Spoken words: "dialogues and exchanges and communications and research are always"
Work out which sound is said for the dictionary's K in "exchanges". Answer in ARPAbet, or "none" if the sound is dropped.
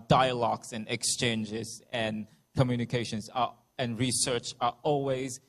K